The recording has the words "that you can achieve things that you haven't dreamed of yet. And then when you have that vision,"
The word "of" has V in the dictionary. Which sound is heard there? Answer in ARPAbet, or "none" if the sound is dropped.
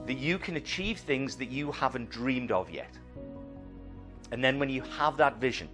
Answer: V